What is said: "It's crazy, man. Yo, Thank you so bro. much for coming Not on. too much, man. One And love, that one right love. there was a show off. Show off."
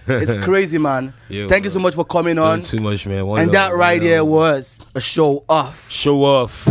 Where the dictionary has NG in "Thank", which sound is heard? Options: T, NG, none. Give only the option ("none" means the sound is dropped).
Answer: NG